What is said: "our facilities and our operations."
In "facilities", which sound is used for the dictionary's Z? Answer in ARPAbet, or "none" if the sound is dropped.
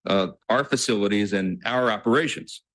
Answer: Z